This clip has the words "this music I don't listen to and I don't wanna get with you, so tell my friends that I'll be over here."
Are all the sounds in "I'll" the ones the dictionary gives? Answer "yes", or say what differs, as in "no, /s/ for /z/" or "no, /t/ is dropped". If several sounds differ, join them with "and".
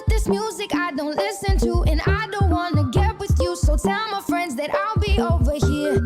yes